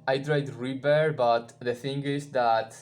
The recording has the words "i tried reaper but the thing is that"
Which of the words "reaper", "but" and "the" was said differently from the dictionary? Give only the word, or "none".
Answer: reaper